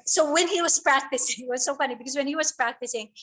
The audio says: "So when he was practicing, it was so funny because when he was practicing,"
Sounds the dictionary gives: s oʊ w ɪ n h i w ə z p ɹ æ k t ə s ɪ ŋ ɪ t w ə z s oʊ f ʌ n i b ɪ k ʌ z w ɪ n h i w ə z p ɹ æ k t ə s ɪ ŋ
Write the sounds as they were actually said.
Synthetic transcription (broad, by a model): s oʊ w ɪ n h i w ə z p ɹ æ k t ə s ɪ ŋ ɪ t w ə z s oʊ f ʌ n i b ɪ k ʌ z w ɪ n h i w ə z p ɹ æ k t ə s ɪ ŋ